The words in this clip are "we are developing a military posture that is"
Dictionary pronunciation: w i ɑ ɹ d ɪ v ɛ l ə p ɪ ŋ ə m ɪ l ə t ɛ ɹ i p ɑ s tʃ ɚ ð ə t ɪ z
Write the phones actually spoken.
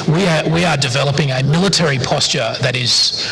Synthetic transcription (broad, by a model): w i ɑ w d ɪ v ɛ l ə p ɪ ŋ ə m ɪ l ə t ɛ ɹ i p ɑ s tʃ ɚ ð ə t ɪ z